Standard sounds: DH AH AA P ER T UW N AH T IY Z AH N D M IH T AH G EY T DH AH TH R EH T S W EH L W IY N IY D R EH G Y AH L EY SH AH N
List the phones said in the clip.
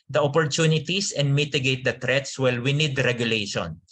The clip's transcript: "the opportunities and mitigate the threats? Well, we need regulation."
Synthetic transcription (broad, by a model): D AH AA P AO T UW N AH T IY S AH N D M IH T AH G EY T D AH T R EH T S W EH L W IY N IY D R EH G Y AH L EY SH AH N